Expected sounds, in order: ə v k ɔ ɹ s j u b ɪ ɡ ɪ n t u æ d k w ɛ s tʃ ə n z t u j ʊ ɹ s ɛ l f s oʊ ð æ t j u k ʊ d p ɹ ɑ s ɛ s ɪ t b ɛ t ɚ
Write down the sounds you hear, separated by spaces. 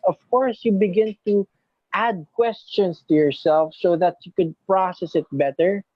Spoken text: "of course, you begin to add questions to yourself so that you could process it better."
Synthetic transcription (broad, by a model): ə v k ɔ ɹ s j u b ɪ ɡ ɪ n t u æ d k w ɛ s tʃ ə n s t u j ʊ ɹ s ɛ l f s oʊ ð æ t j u k ʊ d p ɹ ɑ s ɛ s ɪ t b ɛ t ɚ